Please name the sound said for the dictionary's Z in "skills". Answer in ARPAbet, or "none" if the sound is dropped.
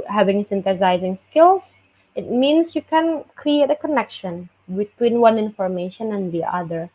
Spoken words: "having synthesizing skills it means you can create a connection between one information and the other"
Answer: S